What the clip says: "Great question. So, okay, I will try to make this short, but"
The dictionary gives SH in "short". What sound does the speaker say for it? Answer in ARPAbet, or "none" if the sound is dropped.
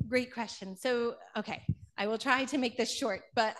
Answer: SH